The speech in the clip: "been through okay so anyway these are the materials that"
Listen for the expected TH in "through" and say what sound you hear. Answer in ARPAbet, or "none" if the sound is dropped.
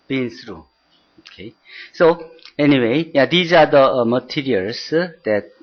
S